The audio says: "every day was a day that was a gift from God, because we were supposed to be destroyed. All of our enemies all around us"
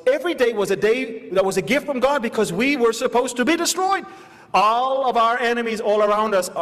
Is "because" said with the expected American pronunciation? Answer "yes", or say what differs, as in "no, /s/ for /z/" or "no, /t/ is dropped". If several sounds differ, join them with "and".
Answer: yes